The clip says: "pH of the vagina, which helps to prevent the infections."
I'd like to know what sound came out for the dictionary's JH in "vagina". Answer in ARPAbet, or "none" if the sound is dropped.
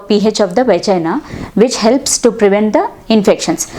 CH